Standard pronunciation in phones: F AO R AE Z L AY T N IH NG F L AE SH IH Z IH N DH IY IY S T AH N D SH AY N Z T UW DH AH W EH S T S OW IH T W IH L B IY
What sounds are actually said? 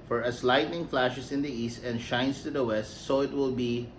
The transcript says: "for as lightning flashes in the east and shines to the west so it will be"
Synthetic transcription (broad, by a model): F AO R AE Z L AY T N IH NG F L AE SH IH S IH N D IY IY S T AH N D SH AY N S T UW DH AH W EH S T S OW IH T W IH L B IY